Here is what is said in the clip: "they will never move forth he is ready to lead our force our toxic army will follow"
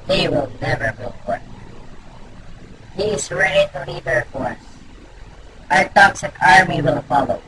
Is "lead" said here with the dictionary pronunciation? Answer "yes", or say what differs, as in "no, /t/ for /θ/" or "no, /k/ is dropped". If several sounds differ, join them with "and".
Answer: no, /n/ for /l/